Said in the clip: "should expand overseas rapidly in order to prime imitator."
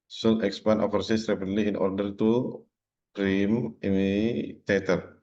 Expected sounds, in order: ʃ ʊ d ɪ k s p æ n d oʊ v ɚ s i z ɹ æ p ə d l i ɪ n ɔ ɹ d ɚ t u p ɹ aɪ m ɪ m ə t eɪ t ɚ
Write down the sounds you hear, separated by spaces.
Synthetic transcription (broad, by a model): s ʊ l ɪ k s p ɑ n oʊ f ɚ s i s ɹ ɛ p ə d l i ɪ n ɔ ɹ d ɚ t u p ɹ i m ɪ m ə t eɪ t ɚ